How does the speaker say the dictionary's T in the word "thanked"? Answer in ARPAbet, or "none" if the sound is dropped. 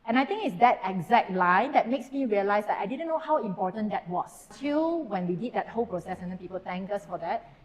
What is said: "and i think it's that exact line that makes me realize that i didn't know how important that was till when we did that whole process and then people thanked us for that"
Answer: none